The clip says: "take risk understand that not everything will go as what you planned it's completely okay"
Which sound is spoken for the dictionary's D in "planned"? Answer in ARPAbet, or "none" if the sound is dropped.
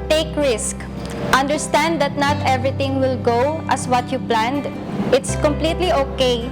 D